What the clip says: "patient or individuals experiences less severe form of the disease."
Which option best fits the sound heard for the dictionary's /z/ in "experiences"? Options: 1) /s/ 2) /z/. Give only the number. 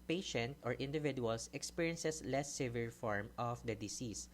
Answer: 1